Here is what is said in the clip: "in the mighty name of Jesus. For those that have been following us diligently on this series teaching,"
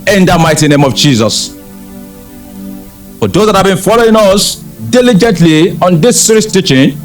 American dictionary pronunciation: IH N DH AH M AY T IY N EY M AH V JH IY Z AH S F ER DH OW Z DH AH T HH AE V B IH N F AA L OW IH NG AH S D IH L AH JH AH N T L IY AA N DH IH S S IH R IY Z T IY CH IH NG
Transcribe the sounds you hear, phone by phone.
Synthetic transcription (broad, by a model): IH N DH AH M AY T IY N EY M AH V JH IY Z AH S F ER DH OW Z DH AH T HH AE V B IH N F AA L OW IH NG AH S D IH L AH JH AH N T L IY AA N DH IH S S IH R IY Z T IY CH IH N